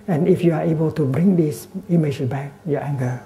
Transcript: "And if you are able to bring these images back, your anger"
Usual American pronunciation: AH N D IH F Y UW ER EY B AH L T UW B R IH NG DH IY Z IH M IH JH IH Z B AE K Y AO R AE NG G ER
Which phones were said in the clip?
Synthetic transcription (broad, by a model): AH N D IH F Y UW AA EY B AH L T UW B R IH NG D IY S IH M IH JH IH S B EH K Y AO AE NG G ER